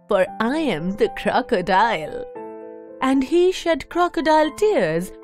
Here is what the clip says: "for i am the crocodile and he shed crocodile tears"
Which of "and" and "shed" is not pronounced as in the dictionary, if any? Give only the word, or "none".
none